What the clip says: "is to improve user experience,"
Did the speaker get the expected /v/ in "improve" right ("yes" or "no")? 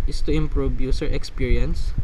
no